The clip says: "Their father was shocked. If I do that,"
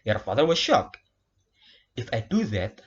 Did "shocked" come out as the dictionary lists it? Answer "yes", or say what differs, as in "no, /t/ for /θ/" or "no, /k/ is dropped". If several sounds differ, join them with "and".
no, /t/ is dropped